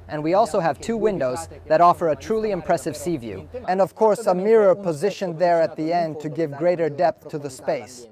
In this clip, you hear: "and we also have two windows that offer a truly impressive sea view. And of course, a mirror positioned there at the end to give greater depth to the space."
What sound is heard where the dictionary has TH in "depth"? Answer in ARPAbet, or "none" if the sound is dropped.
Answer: TH